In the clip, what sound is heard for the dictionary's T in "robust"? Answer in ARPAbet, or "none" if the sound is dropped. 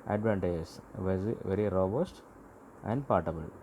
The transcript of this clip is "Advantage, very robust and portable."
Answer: T